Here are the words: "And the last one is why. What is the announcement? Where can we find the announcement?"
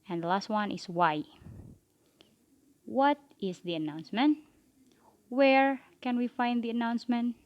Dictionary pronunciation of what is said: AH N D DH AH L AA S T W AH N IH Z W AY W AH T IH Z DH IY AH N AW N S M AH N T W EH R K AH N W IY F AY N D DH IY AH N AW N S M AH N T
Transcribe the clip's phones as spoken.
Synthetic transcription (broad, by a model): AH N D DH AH L AA S T W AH N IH S W AY W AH T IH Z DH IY AH N AW N S M AH N T W EH R K AH N W IY F AY N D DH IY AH N AW N S M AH N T